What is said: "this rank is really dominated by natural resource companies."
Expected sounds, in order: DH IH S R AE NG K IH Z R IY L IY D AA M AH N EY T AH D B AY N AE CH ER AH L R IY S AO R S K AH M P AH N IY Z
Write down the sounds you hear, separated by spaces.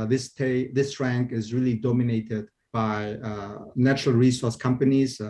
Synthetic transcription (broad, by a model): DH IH S R AE NG K IH Z R IY L IY D AA M AH N EY T AH D B AY N AE CH ER AH L R IY S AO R S K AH M P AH N IY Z